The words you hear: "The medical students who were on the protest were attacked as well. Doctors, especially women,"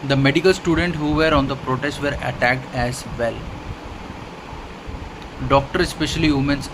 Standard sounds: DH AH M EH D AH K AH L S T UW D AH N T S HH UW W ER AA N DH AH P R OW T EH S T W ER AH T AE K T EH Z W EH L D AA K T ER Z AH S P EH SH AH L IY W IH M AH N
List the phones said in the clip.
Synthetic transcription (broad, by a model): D AH M EH D AH K AH L S T UW D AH N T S HH UW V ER AA N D AH P R OW T EH S T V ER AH T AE K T EH Z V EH L D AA K T ER AH S P EH SH AH L IY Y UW M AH N